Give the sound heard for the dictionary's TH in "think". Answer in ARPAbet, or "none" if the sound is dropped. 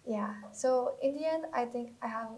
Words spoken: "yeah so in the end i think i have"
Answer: T